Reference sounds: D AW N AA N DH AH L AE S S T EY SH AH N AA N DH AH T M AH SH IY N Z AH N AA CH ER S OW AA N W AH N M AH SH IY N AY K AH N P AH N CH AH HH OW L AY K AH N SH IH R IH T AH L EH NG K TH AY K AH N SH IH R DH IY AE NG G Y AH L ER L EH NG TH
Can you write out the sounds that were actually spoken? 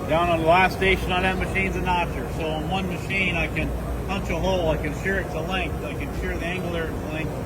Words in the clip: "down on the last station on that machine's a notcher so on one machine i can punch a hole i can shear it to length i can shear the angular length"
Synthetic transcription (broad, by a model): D AW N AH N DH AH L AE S S T EY SH AH N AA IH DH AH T M AH SH IY N Z AH N AA CH ER S OW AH N W AH N M AH SH IY N AY K AH N P AH N CH AH HH OW L AY K AH N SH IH R IH T AH L EH NG K TH AY K AH N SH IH R DH IY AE NG G L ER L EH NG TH